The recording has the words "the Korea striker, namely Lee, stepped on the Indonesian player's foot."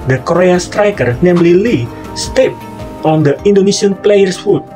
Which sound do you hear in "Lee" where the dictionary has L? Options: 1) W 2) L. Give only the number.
2